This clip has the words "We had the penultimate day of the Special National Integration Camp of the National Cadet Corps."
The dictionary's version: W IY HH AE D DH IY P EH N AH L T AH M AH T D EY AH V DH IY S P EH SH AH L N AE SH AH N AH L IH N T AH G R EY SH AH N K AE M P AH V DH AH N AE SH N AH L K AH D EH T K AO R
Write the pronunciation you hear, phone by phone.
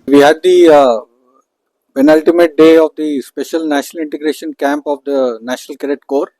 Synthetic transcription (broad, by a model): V IY HH AE D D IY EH N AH L T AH M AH T D EY AH V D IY S P EH SH AH L N AE SH AH N AH L IH N T AH G R EY SH AH N K AE M P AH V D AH N AE SH N AH L K AH D EH T K AO R